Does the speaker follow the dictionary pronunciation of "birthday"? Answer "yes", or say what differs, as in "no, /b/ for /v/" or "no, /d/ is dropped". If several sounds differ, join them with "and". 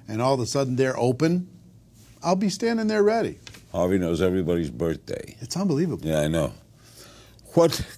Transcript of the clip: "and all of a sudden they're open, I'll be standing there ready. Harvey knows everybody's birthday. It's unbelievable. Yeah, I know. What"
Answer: yes